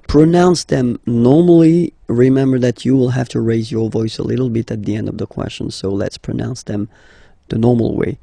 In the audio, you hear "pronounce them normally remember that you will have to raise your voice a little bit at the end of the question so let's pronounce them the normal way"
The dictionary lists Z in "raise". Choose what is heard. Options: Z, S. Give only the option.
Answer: Z